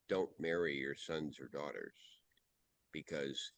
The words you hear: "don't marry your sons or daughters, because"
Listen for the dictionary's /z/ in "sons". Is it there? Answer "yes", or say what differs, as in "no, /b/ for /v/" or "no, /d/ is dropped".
yes